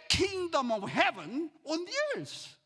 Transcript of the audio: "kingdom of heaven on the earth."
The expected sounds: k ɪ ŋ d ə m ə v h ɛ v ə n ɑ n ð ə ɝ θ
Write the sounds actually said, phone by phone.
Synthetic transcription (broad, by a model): k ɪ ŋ d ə m ə v h ɛ v ə n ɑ n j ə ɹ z